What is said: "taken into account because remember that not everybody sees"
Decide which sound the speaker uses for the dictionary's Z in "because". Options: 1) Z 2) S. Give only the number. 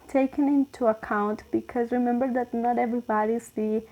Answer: 1